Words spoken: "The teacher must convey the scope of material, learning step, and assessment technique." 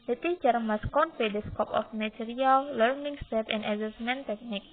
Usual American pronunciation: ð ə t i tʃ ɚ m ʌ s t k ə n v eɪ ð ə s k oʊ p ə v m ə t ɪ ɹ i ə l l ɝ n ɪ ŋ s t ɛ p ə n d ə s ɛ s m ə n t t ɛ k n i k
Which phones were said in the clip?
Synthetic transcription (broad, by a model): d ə t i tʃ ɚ m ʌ s k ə n p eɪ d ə s k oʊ p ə f m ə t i ɹ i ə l l ɝ n ɪ ŋ s t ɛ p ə n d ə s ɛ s m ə n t t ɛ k n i k